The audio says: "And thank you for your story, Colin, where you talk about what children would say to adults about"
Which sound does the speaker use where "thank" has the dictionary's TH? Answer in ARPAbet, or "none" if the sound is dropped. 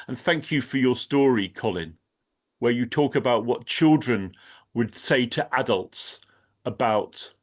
TH